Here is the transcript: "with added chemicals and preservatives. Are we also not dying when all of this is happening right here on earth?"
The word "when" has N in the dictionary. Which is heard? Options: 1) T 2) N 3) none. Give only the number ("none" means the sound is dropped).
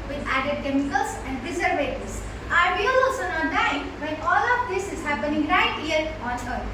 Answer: 3